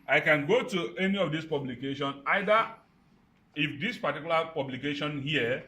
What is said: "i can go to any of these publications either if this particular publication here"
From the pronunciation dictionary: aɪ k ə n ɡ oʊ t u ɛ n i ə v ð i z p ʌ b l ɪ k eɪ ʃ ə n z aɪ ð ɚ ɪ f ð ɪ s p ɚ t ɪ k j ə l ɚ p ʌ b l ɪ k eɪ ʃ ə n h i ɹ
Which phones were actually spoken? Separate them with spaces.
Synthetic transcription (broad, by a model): aɪ k ə n ɡ oʊ t u ɛ n i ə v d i s p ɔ b l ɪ k eɪ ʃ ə n aɪ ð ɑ ɪ f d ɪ s p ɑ t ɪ k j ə l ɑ p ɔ b l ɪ k eɪ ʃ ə n h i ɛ